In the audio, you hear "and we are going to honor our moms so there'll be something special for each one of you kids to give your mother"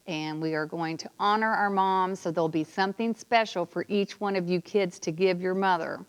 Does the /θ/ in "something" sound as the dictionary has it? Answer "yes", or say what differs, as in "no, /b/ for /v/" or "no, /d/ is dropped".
yes